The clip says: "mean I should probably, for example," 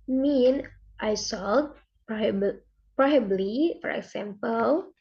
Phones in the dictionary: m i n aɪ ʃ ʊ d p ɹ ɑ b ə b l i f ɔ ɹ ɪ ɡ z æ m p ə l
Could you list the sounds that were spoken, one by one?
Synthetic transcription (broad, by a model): m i n aɪ s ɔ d p ɹ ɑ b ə b l i f ɔ ɹ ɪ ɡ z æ m p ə l